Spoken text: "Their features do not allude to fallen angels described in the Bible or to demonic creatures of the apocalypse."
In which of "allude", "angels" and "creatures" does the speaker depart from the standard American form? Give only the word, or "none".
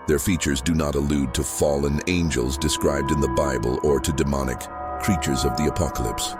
none